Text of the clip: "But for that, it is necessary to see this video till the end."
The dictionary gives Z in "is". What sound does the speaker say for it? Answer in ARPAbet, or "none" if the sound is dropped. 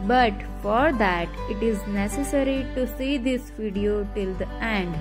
Z